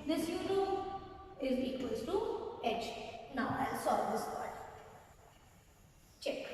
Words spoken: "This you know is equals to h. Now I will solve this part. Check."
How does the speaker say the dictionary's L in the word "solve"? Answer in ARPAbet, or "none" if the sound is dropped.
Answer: none